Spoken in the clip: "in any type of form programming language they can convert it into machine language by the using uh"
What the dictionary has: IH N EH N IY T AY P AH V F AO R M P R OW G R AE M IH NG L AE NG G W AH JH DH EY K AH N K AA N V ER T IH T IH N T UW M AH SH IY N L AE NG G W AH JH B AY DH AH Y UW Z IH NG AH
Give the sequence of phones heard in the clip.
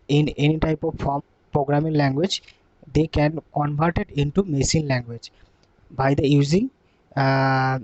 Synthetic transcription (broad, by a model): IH N EH N IY T AY P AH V F AO R M P R OW G R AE M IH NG L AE NG G W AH JH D EY K AH N K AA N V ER T IH T IH N T UW M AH S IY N L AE NG G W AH JH B AY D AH Y UW Z IH NG